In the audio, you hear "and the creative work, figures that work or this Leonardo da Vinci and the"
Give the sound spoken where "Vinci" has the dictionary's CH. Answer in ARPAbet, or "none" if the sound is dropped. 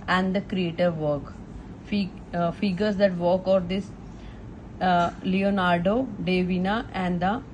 none